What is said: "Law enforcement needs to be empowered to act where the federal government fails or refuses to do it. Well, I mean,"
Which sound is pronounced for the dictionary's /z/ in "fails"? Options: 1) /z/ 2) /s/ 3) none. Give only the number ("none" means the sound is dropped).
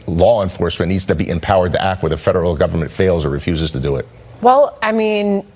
1